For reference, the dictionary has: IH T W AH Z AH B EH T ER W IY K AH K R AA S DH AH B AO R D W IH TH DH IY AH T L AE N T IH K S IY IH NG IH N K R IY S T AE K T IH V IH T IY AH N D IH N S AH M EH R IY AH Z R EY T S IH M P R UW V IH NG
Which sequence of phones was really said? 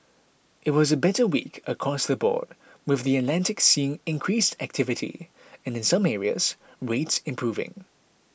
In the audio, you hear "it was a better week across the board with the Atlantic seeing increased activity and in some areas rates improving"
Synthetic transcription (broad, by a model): IH T W AH Z AH B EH T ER W IY K AH K R AA S DH AH B AO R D W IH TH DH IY AH T L AE N T IH K S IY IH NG IH N K R IY S T AE K T IH V IH T IY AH N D IH N S AH M EH R IY AH Z R EY T S IH M P R UW V IH NG